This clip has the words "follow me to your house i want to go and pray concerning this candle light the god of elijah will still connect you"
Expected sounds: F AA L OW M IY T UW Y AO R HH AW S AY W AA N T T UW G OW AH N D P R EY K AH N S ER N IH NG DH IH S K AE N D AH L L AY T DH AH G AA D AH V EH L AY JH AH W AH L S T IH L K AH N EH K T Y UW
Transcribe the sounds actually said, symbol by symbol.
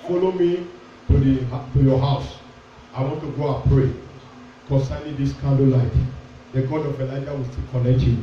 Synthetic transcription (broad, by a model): F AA L OW M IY T UW Y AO HH AW S AY W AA N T T UW G OW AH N P R EY K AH N S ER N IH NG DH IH S K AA N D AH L L AY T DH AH G AA D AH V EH L AY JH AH W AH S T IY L K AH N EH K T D